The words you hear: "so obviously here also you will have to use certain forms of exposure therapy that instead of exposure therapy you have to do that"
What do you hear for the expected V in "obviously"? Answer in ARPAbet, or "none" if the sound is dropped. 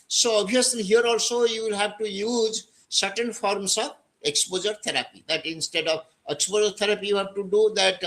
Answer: none